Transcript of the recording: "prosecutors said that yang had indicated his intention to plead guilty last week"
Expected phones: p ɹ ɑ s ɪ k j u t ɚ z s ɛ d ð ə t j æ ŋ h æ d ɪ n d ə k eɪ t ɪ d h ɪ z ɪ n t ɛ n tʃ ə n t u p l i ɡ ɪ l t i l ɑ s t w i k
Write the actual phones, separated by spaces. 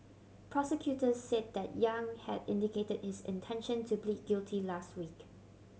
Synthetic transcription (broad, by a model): p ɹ ɑ s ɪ k j u t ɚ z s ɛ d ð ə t j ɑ ŋ h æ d ɪ n d ə k eɪ t ɪ d h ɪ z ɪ n t ɛ n ʃ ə n t u b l i ɡ ɪ l t i l ɑ s t w i k